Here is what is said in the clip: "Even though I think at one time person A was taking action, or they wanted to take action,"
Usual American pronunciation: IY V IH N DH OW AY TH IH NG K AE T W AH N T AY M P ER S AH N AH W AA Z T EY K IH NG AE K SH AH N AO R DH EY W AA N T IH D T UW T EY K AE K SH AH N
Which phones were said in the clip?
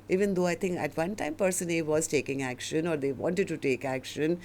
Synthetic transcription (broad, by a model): IY V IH N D OW AY T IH NG K AE T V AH N T AY M P ER S AH N AH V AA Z T EY K IH NG AE K SH AH N AO R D EY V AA N T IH D T UW T EY K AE K SH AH N